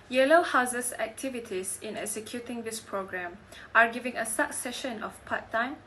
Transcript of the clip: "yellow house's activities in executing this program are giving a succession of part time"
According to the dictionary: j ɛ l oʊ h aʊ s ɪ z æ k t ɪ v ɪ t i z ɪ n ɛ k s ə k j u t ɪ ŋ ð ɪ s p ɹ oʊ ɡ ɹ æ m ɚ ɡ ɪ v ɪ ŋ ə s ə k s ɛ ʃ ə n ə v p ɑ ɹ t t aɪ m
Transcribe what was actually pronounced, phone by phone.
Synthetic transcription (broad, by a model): j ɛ l oʊ h aʊ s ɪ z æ k t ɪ v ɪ t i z ɪ n ɛ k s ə k j u t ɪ ŋ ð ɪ s p ɹ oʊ ɡ ɹ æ m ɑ ɡ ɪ v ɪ ŋ ə s ə k s ɛ ʃ ə n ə f p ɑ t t aɪ m